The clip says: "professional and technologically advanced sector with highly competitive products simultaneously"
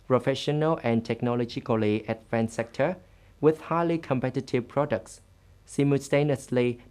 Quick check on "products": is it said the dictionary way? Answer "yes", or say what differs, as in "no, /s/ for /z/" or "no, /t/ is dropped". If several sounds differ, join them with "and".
yes